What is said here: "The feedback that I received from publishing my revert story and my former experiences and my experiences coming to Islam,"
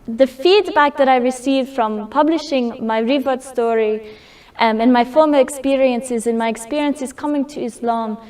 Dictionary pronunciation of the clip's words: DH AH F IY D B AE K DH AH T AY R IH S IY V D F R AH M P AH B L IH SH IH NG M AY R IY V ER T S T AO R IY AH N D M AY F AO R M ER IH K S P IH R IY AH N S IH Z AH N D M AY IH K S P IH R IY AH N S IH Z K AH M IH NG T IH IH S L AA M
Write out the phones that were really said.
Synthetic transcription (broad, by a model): DH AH F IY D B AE K DH AH T AY R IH S IY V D F R AH M P AH B L IH SH IH NG M AY R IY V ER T S T AO R IY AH N M AY F AO R M ER IH K S P IH R IY AH N S IH Z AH N M AY IH K S P IH R IY AH N S IH Z K AH M IH NG T IH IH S L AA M